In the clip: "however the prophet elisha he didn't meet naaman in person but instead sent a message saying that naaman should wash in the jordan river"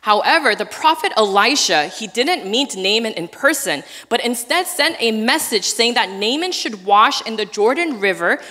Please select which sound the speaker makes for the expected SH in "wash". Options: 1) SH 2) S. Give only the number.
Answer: 1